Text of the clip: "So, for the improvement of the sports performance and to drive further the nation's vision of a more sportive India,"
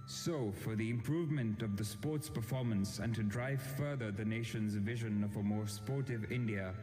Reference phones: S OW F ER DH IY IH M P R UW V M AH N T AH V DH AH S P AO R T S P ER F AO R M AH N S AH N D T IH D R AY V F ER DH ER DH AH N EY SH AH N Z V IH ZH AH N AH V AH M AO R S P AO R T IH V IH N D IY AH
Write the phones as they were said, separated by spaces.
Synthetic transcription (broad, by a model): S OW F ER DH IY IH M P R UW V M AH N T AH V DH AH S P AO R T S P ER F AO R M AH N S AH N T IH D R AY V F ER DH ER DH AH N EY SH AH N Z V IH ZH AH N AH V AH M AO R S P AO R T IH V IH N D IY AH